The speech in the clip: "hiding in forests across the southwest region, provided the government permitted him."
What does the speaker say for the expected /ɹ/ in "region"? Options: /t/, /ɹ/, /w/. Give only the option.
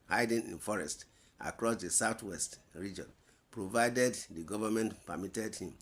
/ɹ/